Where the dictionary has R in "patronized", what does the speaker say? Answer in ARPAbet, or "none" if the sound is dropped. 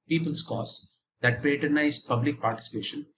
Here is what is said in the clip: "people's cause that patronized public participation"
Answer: none